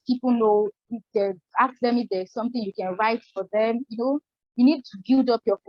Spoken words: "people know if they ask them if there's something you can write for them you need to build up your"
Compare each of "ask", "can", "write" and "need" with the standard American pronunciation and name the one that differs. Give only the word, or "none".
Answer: ask